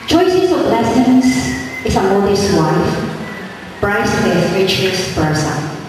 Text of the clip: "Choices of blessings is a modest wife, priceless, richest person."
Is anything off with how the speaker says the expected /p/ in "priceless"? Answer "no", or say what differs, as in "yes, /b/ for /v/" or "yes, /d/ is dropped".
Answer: yes, /b/ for /p/